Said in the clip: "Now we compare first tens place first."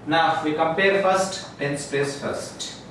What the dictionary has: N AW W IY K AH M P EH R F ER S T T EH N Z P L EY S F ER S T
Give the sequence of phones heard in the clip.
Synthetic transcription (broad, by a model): N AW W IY K AH M P EH R F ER S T T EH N S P EY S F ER S T